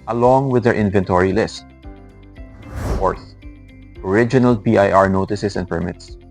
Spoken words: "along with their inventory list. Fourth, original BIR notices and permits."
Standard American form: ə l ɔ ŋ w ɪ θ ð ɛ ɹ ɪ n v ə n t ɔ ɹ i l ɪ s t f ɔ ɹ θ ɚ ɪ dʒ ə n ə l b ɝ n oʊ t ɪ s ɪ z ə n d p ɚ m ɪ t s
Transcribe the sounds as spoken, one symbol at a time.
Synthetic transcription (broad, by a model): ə l ɔ ŋ w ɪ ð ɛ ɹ ɪ n v ə n t ɔ ɹ i l ɪ s t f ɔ ɹ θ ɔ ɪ dʒ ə n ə l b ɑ n oʊ t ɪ s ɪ s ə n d p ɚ m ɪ t s